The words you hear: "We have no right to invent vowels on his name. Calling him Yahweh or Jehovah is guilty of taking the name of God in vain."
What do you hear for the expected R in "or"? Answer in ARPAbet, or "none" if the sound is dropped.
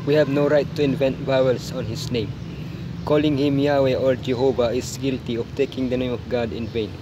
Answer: L